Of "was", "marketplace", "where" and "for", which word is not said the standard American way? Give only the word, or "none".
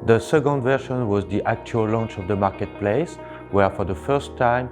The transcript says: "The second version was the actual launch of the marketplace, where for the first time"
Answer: none